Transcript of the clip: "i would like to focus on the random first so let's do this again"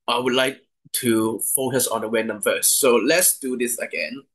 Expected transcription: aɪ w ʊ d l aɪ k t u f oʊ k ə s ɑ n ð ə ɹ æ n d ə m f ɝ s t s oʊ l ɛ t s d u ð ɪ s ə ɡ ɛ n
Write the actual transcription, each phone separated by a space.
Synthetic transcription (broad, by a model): aɪ w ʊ d l aɪ k t u f oʊ k ə s ɑ n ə w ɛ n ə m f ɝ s s oʊ l ɛ t s d u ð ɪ s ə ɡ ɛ n